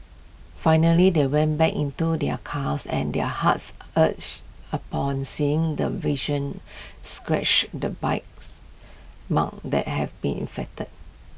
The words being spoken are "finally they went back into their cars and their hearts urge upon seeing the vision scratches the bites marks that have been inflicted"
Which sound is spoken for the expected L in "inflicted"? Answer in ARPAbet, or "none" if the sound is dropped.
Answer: none